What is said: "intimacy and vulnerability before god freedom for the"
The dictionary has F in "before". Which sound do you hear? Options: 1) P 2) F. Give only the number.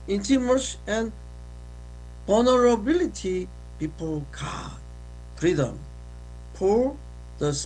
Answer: 1